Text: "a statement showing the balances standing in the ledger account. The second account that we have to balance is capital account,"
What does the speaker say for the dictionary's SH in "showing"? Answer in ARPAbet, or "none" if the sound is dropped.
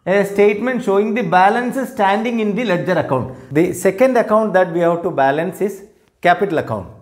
SH